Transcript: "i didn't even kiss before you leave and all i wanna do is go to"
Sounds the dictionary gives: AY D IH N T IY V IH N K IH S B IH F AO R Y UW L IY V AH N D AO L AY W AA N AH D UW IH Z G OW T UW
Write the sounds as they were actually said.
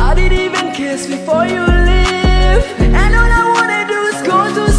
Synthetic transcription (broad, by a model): AY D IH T IY V IH N K IH S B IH F AO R Y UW L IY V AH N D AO N AY W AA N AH D UW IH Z G OW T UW